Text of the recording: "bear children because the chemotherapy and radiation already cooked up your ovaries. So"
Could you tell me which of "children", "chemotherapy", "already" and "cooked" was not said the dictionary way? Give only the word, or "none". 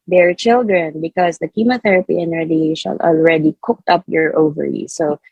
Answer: none